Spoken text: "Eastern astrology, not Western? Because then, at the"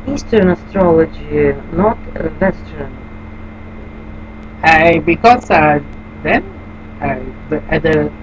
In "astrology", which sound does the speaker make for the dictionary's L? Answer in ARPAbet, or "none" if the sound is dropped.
L